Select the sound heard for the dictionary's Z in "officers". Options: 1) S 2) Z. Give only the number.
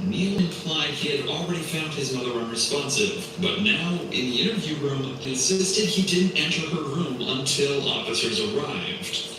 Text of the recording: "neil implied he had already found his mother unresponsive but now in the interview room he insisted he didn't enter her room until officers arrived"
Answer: 2